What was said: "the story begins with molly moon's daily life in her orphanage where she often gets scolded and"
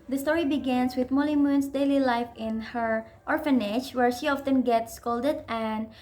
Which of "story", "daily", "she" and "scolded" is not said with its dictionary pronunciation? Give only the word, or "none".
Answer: none